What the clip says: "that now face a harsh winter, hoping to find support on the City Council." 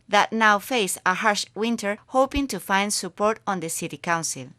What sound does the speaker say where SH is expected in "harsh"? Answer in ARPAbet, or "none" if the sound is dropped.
SH